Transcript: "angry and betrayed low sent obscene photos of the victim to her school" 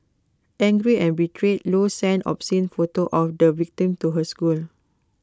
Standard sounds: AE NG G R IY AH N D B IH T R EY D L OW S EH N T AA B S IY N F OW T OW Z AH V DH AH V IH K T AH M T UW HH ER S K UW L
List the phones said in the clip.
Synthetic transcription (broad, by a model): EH NG G R IY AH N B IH T R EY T L OW S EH N AA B S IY N F OW T OW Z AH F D AH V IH K T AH M T UW HH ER S K UW L